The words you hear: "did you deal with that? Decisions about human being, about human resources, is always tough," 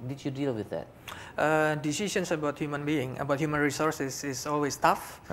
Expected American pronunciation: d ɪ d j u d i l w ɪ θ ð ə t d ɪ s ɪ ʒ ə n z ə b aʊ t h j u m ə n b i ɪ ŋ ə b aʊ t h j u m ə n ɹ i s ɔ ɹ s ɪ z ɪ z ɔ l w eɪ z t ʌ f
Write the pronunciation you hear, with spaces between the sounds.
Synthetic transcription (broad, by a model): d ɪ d j u d i l w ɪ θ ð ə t d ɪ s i s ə n s ə b aʊ t h j u m ə n b i ɪ ŋ ə b aʊ t h j u m ə n ɹ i s ɔ ɹ s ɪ s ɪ s ɔ l w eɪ s t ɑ f